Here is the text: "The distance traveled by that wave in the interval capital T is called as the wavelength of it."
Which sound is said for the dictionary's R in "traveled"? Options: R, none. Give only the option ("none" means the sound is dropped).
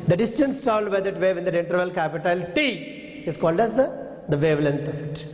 none